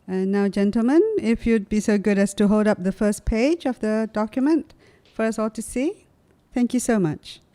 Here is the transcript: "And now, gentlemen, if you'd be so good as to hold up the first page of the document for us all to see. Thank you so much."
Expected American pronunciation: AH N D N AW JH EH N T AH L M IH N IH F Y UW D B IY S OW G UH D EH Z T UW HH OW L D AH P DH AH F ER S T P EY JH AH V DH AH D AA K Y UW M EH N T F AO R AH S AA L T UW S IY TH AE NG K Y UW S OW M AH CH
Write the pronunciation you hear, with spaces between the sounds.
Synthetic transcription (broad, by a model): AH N N AW JH EH N T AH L M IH N IH F Y UW D B IY S OW G UH D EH S T UW HH OW L D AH P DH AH F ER S P EY JH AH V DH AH D AA K Y UW M EH N T F AO R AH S AA L T UW S IY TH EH NG K Y UW S OW M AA CH